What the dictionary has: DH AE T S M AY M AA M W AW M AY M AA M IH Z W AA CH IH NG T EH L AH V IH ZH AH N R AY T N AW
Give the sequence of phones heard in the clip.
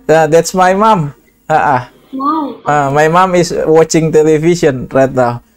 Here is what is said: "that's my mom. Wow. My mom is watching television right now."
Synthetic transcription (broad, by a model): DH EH T S M AY M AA M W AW M AY M AA M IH S W AA CH IH NG T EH L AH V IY S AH N R AY T N AW